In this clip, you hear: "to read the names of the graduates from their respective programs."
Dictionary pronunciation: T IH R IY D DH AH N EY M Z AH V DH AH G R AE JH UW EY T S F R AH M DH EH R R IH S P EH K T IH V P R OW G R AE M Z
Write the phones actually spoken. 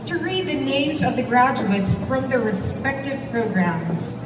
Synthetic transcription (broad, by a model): T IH R IY D DH AH N EY M Z AH V DH AH G R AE JH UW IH T S F R AH M DH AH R R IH S P EH K T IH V P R OW G R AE M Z